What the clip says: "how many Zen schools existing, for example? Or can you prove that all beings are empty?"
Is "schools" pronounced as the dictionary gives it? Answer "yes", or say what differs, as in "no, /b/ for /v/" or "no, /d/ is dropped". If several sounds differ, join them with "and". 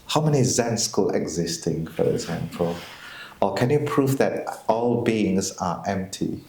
no, /z/ is dropped